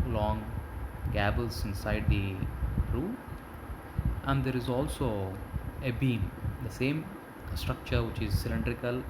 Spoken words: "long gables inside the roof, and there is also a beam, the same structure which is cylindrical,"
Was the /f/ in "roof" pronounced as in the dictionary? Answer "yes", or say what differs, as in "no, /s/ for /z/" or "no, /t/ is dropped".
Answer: no, /f/ is dropped